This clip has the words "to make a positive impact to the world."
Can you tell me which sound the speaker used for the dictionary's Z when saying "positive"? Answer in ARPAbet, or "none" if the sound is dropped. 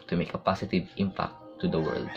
S